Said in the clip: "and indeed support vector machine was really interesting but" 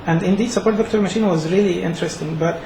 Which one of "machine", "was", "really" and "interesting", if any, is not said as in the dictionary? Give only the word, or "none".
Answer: none